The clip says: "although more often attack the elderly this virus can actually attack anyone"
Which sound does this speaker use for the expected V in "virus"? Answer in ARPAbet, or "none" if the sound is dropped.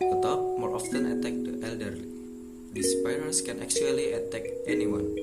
P